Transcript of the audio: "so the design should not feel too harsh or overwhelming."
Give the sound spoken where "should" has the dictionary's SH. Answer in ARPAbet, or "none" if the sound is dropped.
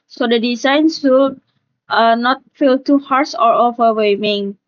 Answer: S